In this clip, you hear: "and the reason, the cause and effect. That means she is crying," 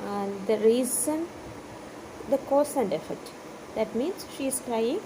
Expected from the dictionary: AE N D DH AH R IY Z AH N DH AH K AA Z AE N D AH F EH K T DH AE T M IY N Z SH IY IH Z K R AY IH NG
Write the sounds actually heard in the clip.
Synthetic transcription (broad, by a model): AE N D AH R IY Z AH N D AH K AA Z AE N D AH F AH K T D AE T M IY N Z SH IY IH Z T R AY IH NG